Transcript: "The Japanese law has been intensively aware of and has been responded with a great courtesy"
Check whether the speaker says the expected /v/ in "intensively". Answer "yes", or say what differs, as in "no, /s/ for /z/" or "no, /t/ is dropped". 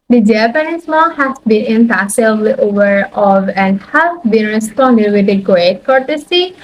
no, /v/ is dropped